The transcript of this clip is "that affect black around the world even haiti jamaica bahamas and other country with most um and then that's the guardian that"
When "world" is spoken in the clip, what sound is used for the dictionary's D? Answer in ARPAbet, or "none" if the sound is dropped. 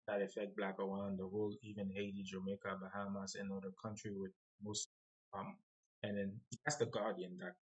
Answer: none